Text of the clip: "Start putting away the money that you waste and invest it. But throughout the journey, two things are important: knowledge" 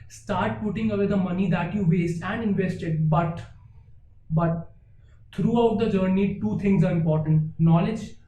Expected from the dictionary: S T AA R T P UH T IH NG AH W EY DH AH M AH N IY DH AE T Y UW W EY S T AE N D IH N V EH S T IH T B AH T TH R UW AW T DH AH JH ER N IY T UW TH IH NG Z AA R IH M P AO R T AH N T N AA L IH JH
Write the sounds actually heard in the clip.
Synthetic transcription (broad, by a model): S T AA R T P UH T IH NG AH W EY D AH M AH N IY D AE T Y UW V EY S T AE N D IH N V EH S T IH T B AH T T R UW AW T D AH JH ER N IY T UW T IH NG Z AA R IH M P AO R T AH N T N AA L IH JH